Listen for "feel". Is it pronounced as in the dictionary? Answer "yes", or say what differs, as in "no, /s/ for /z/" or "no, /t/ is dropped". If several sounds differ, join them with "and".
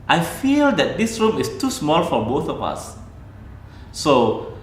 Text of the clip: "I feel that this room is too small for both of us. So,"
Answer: yes